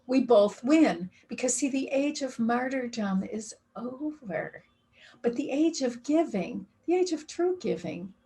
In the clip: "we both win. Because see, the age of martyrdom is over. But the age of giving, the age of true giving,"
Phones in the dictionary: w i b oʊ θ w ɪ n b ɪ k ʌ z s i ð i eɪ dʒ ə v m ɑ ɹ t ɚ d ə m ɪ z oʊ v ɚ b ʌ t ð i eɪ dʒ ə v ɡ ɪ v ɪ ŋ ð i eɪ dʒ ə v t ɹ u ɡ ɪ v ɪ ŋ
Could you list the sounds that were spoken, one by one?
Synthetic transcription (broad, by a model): w i b oʊ θ w ɪ n b ɪ k ʌ z s i ð i eɪ dʒ ə v m ɑ ɹ t ɚ d ə m ɪ z oʊ v ɚ b ʌ t ð i eɪ dʒ ə v ɡ ɪ v ɪ ŋ ð i eɪ dʒ ə v t ɹ u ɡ ɪ v ɪ ŋ